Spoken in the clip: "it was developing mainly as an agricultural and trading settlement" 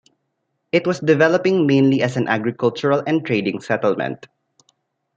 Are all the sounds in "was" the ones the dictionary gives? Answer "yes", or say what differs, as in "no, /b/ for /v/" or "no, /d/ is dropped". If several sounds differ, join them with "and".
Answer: no, /s/ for /z/